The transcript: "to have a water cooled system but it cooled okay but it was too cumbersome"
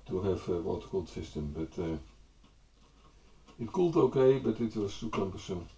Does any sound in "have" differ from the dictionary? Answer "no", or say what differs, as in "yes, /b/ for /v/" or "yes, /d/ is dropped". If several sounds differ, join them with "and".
yes, /f/ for /v/